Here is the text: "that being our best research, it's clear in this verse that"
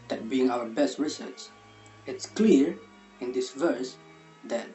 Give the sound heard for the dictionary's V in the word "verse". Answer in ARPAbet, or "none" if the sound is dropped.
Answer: V